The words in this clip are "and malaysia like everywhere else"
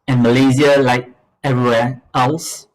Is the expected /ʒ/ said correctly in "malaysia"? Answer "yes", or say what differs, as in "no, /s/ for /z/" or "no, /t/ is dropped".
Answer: no, /z/ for /ʒ/